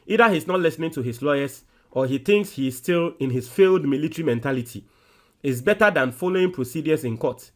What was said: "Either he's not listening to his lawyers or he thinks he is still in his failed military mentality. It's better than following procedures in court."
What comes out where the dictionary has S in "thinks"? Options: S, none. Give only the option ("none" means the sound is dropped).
S